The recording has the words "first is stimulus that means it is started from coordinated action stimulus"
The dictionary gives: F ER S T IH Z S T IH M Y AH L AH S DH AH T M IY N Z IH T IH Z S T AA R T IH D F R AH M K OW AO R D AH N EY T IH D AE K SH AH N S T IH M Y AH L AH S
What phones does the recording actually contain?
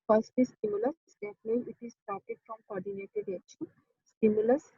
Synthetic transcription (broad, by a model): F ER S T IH S T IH M Y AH L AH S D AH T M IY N IH T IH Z S T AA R T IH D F R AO M K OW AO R D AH N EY T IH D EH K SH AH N S T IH M Y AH L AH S